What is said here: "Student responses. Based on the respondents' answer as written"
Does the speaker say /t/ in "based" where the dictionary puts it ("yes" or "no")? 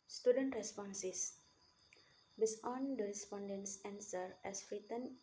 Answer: no